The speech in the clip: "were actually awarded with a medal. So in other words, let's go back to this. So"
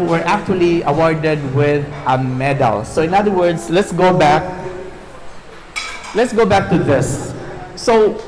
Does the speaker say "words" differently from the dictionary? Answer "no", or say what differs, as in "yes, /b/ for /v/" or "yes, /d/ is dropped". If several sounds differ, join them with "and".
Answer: yes, /s/ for /z/